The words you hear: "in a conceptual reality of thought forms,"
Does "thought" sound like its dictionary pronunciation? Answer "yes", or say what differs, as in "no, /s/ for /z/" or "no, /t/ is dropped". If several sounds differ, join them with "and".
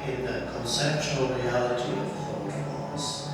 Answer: no, /f/ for /θ/